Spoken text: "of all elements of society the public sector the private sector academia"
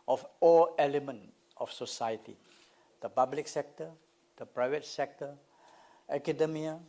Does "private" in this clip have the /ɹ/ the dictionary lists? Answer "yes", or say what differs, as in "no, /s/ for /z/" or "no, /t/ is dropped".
yes